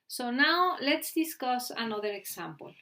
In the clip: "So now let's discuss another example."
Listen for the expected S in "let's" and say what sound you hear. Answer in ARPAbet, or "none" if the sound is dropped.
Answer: S